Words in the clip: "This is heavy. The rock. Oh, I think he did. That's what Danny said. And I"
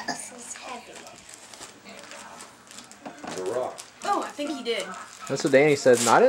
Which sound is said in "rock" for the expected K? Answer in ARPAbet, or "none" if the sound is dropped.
none